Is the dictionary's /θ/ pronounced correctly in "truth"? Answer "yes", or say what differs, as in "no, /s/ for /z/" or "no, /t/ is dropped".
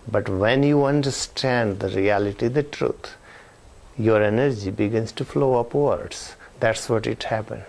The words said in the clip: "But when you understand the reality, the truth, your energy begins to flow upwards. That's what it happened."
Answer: no, /t/ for /θ/